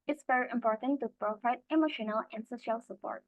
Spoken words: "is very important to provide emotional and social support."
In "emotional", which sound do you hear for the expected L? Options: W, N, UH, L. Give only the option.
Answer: L